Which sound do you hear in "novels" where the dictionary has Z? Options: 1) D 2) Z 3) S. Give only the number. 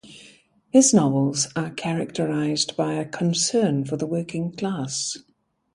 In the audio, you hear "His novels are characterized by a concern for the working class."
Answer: 2